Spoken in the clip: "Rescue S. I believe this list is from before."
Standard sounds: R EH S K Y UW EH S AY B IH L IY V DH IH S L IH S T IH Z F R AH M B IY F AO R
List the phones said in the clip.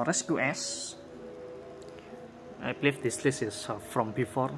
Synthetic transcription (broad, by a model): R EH S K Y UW EH S AY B L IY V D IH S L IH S IH S F R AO M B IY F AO R